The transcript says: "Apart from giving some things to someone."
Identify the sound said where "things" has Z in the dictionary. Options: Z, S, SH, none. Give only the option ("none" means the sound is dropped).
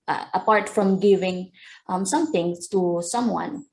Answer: none